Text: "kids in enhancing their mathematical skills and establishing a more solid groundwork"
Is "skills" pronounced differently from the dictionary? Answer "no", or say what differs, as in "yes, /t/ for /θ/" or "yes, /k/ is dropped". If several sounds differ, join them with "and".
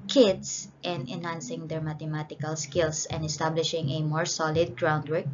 yes, /s/ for /z/